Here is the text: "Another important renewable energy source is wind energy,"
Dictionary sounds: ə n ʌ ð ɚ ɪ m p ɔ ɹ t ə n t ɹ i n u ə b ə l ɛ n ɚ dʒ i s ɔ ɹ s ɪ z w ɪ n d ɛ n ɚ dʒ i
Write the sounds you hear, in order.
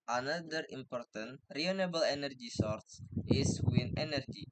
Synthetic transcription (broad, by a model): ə n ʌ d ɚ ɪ m p ɔ ɹ t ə n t ɹ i n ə b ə l ɛ n ɚ dʒ i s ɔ ɹ s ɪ s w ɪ n ɛ n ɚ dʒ i